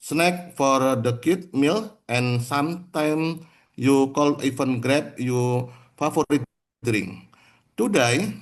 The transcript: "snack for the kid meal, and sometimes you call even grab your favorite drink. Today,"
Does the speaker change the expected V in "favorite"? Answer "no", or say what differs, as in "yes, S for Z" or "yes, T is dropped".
yes, V is dropped